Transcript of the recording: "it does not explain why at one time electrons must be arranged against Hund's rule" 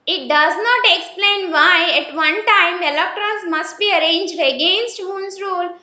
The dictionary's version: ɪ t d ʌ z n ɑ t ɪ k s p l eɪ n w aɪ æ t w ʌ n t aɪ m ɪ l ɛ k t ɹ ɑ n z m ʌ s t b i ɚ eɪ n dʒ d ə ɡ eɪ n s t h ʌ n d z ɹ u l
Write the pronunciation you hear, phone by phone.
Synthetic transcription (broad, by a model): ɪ t d ʌ z n ɑ t ɪ k s p l eɪ n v aɪ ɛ t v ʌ n t aɪ m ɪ l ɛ k t ɹ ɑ n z m ʌ s t b i ɚ eɪ n dʒ d ə ɡ eɪ n s t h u n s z ɹ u l